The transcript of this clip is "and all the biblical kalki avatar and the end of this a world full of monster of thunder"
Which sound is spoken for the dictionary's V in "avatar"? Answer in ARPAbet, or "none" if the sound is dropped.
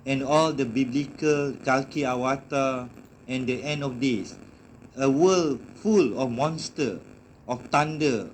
W